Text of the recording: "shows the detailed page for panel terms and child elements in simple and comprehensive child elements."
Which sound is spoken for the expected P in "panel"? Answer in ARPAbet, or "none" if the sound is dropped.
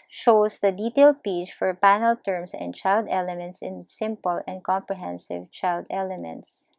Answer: P